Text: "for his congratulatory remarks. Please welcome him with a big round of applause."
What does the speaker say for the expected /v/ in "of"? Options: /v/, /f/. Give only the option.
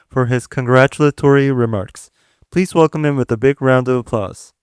/v/